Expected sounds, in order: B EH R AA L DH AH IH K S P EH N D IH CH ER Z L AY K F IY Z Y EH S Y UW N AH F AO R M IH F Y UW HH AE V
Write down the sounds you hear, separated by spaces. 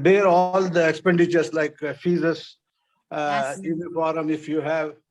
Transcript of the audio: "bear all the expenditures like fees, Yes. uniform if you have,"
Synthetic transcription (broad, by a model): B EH R AA L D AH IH K S P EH N D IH CH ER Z L AY K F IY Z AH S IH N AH P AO R M IH F Y UW HH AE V